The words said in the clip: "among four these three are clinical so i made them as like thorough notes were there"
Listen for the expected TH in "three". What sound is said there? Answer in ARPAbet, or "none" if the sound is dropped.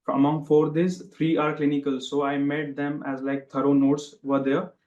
T